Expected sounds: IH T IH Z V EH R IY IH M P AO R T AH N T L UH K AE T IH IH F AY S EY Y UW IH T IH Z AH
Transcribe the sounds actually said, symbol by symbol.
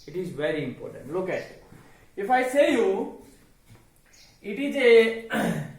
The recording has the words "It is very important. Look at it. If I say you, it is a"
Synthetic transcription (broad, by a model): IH T IH Z V EH R IY IH M P AO R T AH N T L UH K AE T IH IH F AY S EY Y UW IH T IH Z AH